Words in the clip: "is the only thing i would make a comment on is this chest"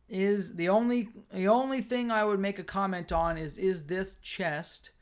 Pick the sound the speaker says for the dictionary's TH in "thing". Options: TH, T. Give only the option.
TH